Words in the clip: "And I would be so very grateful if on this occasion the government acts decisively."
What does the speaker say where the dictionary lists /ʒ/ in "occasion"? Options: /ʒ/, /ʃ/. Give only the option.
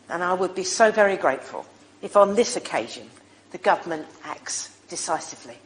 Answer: /ʒ/